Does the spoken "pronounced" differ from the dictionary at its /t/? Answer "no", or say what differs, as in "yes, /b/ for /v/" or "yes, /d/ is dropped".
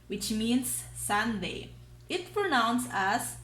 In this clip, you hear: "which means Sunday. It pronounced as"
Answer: yes, /t/ is dropped